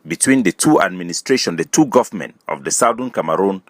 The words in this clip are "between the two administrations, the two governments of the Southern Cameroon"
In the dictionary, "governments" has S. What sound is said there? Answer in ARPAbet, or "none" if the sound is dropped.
none